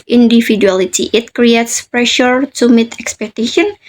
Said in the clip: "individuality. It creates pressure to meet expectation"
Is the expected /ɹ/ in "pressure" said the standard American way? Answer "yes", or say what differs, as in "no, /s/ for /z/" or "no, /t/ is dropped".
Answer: yes